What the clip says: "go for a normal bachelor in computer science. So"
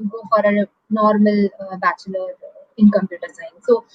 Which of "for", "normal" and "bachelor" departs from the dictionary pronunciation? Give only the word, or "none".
none